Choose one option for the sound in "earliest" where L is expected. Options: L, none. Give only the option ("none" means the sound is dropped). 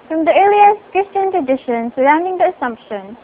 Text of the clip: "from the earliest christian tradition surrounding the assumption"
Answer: none